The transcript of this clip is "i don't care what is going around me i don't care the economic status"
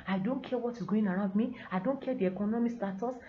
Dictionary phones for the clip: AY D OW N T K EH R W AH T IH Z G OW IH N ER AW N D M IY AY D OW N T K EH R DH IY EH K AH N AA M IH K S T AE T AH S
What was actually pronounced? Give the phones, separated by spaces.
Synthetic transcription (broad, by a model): AY D OW N T K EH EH W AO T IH S G OW IH N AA AW N D M IY AY D OW N T K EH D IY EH K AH N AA M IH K S T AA T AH S